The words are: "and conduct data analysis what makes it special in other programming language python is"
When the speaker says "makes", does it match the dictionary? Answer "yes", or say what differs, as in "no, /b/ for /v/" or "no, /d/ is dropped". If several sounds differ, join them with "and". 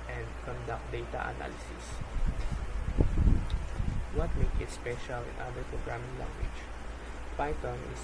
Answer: no, /s/ is dropped